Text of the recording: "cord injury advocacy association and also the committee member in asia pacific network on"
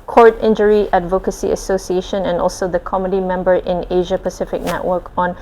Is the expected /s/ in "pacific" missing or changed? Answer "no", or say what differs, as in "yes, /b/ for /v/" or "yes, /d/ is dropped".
no